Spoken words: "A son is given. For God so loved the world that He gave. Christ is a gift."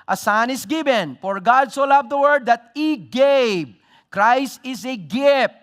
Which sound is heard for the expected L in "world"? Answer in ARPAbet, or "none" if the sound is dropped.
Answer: none